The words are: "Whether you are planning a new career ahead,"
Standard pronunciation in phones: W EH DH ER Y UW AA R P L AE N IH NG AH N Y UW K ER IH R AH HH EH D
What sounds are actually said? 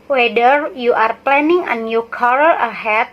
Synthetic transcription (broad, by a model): W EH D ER Y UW AA R P L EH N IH NG AH N Y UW K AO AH L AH HH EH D